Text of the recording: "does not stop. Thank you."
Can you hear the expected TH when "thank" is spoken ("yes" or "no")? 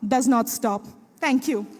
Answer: no